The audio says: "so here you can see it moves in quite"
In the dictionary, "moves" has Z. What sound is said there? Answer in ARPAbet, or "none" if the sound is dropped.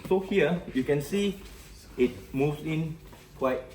S